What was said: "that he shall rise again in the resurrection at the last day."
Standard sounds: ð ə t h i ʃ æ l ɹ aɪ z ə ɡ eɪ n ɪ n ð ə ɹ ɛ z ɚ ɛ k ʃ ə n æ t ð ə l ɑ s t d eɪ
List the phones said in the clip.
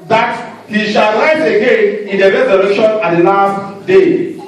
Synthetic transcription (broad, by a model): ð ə t h i ʃ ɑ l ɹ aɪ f ə ɡ eɪ n ɪ n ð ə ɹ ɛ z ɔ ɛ ʃ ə n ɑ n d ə l ɑ s t d eɪ